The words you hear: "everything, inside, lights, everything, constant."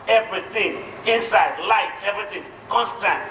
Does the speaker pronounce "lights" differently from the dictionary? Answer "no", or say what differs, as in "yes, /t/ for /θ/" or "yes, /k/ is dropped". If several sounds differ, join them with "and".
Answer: yes, /s/ is dropped